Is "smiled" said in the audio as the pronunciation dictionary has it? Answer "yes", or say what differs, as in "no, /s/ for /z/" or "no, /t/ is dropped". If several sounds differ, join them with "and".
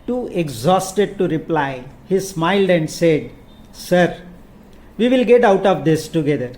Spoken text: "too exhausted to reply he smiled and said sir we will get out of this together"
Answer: yes